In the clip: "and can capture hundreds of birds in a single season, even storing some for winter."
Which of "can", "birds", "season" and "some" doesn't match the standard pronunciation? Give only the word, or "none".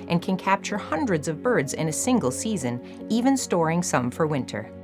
none